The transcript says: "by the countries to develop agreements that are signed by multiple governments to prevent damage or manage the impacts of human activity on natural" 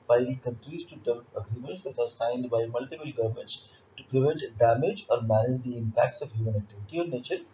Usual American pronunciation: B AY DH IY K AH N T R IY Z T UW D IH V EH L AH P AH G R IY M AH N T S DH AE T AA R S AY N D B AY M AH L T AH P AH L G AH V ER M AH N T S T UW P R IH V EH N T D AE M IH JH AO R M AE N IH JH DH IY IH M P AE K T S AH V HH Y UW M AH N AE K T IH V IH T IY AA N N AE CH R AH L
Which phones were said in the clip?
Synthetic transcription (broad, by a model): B AY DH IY K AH N T R IY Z T UW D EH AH B AH G R IY M AH N T S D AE T AA R S AY N D B AY M AH L T AH P AH L G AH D M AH N T S T UW P R IH V EH N T D AE M IH JH AO R M AE N IH JH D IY IH M P AE K T S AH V HH Y UW M AH N AE K T IH V IH T IY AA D N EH CH AH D